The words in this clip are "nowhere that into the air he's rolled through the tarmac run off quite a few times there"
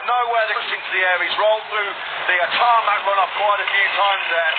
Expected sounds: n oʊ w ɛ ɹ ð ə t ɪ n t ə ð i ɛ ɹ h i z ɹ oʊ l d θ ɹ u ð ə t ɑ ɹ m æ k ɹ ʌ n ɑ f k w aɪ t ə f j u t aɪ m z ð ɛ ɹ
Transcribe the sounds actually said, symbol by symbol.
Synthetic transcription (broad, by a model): n oʊ w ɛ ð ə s ɪ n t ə ð i ɛ ɹ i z ɹ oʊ l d θ ɹ u ð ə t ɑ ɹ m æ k ɹ ʌ n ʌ p k w aɪ t ə f j u t aɪ m z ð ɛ